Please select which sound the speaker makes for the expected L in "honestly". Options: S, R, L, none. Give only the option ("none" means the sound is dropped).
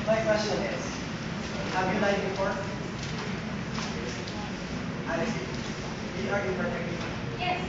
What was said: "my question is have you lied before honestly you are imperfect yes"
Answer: none